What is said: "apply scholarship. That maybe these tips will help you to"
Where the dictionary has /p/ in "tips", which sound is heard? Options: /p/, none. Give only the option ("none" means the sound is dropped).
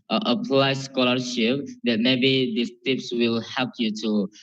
/p/